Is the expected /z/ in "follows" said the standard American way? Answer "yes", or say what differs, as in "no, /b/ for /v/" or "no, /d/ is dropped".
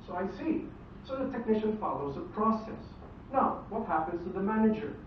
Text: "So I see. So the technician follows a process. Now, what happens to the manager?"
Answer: yes